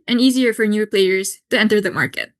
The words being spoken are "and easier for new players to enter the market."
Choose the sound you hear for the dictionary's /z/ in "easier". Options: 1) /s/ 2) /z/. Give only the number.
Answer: 2